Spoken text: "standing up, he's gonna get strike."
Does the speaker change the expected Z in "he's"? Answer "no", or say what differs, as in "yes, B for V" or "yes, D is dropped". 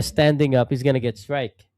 no